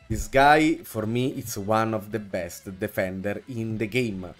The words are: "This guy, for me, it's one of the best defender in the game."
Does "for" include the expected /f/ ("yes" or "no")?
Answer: yes